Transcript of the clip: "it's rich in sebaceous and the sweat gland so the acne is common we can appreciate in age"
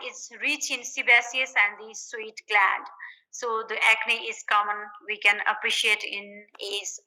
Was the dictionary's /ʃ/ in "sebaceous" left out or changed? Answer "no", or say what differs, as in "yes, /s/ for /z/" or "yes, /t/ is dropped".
yes, /s/ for /ʃ/